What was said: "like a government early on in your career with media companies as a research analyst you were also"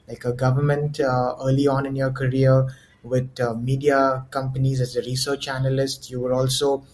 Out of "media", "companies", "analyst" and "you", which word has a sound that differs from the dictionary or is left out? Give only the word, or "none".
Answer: none